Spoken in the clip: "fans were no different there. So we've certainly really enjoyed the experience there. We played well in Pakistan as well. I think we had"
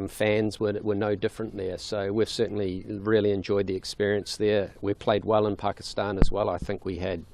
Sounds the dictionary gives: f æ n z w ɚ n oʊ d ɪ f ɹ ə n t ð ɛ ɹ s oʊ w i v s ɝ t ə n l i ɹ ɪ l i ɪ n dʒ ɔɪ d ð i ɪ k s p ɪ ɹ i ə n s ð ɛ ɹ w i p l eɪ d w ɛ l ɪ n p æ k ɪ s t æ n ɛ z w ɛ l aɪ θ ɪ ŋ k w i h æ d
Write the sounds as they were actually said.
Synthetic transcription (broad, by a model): f æ n z w ɚ n oʊ d ɪ f ɹ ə n ð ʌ ɹ s oʊ w i v s ɝ t n l i ɹ ɪ l i ɪ n dʒ ɔɪ d ð i ɪ k s p ɪ ɹ i ə n s ð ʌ ɹ w i p l eɪ d w ɛ l ɪ n p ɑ k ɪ s t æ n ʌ z w ɛ l aɪ θ ɪ ŋ k w i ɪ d